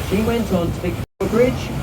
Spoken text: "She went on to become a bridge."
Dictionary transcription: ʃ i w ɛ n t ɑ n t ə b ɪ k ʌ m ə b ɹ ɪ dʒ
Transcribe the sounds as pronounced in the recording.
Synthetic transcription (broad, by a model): ʃ i w ɛ n t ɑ n t ə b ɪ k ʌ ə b ɹ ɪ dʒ